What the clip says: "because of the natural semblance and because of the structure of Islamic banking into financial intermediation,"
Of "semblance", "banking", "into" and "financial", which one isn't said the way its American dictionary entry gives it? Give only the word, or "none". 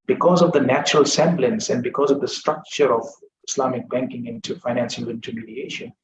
financial